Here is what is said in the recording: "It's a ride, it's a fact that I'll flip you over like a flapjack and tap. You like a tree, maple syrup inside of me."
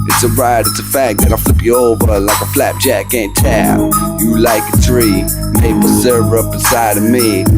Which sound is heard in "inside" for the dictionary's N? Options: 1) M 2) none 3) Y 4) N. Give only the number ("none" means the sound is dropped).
2